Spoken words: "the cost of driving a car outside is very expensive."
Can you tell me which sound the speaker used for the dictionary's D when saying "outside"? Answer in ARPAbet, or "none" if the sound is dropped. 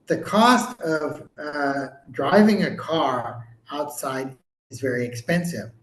D